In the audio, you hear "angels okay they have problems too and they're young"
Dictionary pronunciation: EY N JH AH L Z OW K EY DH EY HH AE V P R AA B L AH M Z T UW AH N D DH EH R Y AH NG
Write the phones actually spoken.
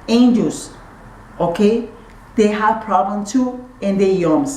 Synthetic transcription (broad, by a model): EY N JH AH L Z OW K EY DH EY HH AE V P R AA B L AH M T UW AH N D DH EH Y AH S